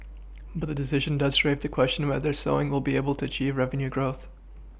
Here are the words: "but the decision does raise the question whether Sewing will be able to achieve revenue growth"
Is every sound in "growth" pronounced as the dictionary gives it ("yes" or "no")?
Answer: yes